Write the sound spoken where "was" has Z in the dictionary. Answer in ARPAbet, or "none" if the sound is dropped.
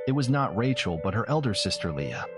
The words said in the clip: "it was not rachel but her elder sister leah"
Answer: Z